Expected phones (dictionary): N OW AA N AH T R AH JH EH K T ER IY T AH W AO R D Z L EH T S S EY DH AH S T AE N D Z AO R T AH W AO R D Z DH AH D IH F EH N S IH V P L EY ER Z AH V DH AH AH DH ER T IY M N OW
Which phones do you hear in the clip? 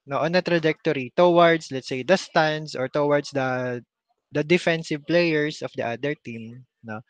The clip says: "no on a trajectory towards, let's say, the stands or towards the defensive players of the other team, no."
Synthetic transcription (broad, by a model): N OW AA N AH T R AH JH EH K T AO IY T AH W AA R D S L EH T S S EY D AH S T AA N D S AO R T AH W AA R D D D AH D IH F EH N S IH V P L EY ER S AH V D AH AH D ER T IY M N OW